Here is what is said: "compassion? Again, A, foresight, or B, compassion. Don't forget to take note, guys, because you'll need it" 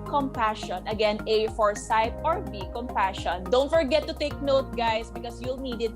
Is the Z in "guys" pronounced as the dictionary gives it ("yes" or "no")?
no